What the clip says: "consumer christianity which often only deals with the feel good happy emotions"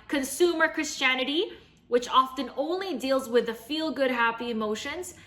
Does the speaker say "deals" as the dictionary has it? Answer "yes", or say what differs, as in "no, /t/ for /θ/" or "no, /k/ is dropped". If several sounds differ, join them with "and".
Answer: yes